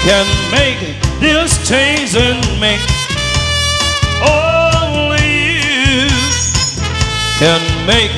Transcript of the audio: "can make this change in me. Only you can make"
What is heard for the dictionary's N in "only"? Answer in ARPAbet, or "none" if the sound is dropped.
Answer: none